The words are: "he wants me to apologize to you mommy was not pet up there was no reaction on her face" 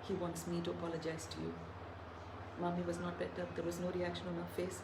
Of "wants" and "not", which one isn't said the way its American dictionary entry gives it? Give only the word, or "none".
none